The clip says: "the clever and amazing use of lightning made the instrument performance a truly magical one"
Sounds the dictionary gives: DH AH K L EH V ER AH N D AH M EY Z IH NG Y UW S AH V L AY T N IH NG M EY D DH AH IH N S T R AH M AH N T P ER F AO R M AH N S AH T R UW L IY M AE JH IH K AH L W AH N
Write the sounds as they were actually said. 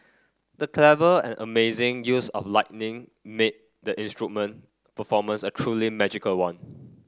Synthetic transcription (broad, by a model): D AH K L EH V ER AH N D AH M EY Z IH NG Y UW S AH F L AY T N IH NG M EY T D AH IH N S T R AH M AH N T P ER F AO M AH N S AH T R UW L IY M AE JH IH K AH L W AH N